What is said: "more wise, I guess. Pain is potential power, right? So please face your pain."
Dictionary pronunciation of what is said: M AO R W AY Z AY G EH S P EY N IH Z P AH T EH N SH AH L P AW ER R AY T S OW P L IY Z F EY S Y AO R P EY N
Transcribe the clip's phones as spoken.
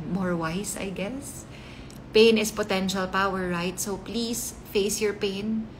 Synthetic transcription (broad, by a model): M AO R W AY S AY G EH S P EY N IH S P AH T EH N SH AH L P AW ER R AY T S OW P L IY S F EY S Y AO R P EY N